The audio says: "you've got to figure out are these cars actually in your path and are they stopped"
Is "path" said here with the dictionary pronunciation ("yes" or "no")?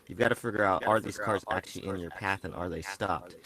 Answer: yes